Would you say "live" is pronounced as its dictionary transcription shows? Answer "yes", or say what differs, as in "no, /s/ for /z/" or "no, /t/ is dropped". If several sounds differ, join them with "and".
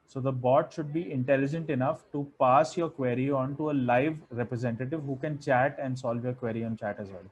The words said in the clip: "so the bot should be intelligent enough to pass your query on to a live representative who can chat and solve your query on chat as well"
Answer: yes